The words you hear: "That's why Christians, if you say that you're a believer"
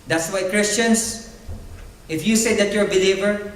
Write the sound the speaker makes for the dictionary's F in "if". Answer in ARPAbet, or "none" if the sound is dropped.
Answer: F